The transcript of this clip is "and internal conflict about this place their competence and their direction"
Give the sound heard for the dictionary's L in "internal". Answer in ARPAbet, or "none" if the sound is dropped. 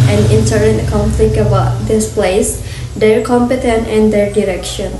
N